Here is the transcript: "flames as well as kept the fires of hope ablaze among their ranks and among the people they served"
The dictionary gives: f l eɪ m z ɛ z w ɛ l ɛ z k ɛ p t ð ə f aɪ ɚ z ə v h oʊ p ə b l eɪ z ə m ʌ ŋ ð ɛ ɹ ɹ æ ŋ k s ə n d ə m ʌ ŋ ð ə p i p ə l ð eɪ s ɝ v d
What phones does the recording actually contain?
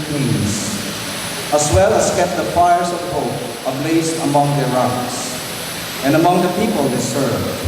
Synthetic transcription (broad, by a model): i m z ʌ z w ɛ l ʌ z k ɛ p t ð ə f aɪ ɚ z ə v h oʊ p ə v l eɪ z ə m ʌ ŋ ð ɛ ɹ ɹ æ k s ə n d ə m ʌ ŋ ð ə p i p ə l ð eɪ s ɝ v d